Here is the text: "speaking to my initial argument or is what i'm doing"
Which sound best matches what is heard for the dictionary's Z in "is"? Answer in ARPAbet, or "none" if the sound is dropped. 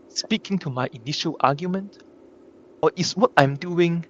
S